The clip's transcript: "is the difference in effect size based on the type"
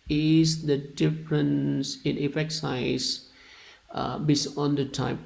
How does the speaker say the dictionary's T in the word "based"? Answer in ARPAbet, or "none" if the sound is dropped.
none